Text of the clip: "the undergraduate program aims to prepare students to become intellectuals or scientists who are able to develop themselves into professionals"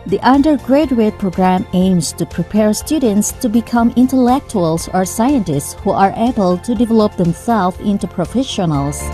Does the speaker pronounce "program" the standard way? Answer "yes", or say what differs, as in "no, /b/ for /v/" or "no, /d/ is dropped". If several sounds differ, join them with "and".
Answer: yes